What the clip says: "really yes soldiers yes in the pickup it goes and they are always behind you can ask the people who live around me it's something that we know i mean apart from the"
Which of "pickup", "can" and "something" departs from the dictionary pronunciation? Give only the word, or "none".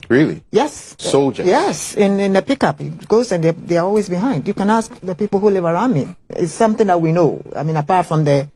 none